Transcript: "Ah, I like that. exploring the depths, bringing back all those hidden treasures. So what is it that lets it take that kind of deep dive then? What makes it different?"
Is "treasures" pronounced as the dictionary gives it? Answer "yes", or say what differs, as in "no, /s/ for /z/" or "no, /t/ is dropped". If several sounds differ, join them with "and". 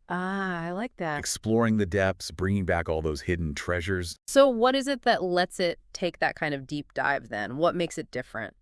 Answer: yes